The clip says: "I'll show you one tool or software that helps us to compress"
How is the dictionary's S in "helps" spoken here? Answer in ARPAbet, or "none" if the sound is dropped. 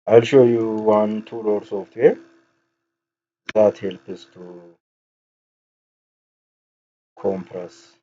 none